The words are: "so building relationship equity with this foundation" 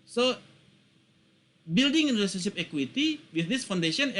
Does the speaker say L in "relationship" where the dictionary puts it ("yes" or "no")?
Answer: no